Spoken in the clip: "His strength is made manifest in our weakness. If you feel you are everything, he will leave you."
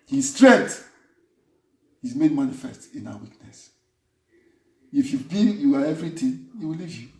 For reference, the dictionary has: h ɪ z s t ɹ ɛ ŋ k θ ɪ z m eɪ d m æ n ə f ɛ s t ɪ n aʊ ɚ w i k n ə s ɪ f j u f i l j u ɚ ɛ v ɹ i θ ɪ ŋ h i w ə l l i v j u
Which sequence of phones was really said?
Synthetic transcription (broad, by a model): h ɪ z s t ɹ ɛ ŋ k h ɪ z m eɪ d m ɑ n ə f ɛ s t ɪ n aʊ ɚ w i k n ə s ɪ f j u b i j u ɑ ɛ v ɹ i t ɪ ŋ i w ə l l i v j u